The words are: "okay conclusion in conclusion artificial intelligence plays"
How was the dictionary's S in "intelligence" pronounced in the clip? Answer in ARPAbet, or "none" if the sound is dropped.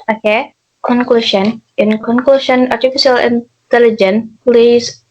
none